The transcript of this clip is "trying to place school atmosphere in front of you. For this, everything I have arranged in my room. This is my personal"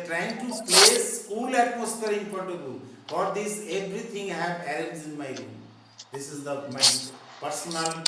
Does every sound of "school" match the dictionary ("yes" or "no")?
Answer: no